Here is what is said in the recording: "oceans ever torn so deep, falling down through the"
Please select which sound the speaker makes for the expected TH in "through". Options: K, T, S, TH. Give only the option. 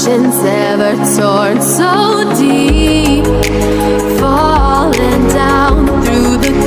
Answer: TH